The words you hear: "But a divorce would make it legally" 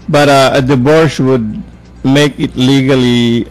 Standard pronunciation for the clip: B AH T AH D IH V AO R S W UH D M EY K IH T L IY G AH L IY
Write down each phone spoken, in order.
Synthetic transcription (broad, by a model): B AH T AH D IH B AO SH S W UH D M EY K IH T L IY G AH L IY